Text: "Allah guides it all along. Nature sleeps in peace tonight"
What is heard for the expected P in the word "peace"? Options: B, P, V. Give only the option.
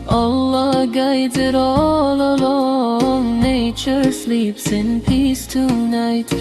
P